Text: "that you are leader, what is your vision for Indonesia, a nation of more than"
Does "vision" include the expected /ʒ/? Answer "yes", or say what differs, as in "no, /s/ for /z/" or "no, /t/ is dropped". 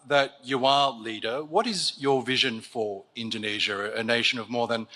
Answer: yes